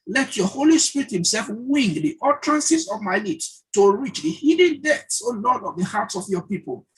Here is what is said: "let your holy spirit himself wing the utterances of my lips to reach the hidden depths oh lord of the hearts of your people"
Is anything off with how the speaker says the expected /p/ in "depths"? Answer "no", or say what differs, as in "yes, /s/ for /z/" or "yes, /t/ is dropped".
yes, /p/ is dropped